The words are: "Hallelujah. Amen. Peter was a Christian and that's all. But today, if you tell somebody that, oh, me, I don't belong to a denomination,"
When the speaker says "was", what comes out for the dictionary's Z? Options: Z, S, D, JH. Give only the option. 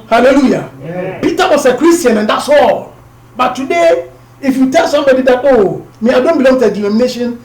S